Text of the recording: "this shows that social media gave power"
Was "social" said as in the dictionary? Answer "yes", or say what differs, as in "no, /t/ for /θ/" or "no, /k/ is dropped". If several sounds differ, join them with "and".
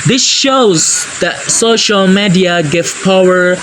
yes